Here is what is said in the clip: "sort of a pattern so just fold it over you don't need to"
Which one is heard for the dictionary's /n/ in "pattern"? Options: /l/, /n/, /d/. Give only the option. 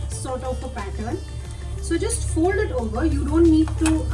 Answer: /n/